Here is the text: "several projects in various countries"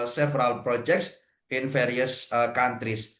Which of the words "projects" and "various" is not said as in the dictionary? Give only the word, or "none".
various